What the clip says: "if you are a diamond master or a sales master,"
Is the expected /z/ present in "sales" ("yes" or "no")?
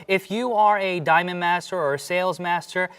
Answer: yes